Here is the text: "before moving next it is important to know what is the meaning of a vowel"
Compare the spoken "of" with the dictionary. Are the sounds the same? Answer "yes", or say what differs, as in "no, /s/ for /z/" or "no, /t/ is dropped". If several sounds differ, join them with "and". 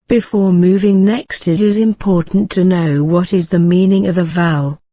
yes